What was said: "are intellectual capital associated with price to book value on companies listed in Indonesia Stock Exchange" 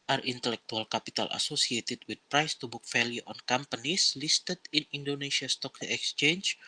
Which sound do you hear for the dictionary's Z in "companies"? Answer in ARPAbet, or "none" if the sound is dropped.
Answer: S